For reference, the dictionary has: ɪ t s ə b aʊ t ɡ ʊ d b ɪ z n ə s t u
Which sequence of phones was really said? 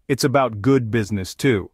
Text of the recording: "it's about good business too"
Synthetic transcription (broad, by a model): ɪ t s ə b aʊ t ɡ ʊ d b ɪ z n ə s t u